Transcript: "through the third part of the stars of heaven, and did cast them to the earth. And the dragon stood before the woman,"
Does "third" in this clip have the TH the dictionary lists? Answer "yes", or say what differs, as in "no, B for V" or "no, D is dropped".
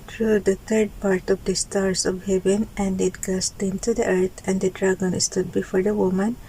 no, T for TH